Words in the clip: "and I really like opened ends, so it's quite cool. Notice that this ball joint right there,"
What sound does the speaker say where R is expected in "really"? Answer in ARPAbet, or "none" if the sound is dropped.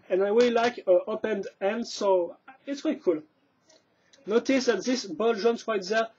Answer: W